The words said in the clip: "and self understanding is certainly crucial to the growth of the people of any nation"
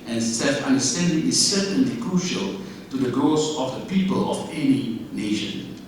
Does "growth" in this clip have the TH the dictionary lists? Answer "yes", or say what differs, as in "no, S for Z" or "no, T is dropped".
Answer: no, S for TH